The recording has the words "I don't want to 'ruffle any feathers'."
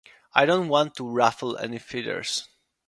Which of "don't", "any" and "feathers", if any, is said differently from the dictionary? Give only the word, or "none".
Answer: feathers